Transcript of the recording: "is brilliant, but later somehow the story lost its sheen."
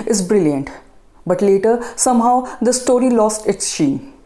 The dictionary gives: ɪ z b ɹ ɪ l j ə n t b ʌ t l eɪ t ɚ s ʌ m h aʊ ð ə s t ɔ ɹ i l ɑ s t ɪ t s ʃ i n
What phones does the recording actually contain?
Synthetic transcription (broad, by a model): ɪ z b ɹ ɪ l j ə n t b ʌ t l eɪ t ɚ s ʌ m h aʊ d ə s t ɔ ɹ i l ɑ s t ɪ t s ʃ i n